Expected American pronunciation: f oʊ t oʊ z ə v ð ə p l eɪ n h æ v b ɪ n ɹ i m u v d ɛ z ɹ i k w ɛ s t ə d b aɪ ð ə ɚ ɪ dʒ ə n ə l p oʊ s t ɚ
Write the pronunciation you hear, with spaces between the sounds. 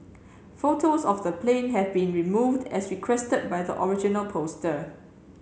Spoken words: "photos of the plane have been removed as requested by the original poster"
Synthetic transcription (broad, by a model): f oʊ t oʊ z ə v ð ə p l eɪ n h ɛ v b ɪ n ɹ i m u v d ɛ s ɹ i k w ɛ s t ə d b aɪ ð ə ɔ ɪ dʒ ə n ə l p oʊ s t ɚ